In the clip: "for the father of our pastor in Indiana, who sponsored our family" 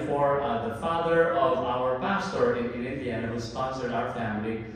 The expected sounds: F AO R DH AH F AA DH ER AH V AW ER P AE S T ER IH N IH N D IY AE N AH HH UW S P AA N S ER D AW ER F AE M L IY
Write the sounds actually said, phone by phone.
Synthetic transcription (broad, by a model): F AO R DH AH F AA DH ER AH V AW ER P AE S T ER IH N IH N D IY AE N AH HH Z S P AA N S ER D AW ER F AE M L IY